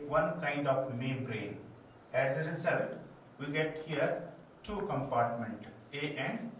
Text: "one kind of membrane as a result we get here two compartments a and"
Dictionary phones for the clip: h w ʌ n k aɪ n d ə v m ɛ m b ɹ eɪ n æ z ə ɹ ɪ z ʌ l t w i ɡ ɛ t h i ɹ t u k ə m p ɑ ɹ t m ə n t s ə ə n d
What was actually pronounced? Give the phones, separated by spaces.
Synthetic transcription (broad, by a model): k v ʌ n k aɪ n d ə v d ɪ m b ɹ eɪ n æ z ə ɹ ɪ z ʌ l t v i ɡ ɛ t h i ɹ t u k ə m p ɑ ɹ t m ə n t ə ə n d